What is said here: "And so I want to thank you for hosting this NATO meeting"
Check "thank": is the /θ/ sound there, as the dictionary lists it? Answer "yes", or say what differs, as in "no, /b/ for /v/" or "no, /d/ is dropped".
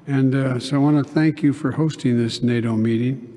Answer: yes